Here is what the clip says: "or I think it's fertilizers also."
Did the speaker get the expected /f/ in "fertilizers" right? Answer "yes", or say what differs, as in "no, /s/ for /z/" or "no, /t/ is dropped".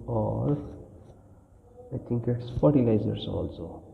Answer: no, /p/ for /f/